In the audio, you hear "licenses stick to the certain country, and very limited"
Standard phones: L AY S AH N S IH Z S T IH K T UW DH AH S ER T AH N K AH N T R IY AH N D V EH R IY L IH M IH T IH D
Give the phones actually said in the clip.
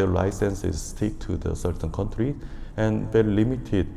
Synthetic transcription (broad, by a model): L AY S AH N S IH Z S T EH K T UW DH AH S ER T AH N K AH N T R IY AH N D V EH L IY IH M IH T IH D